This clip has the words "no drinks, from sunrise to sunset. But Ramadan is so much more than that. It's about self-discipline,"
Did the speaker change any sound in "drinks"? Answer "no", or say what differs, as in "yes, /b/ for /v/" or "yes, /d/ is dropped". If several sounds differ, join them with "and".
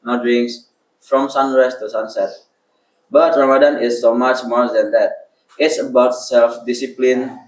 yes, /k/ is dropped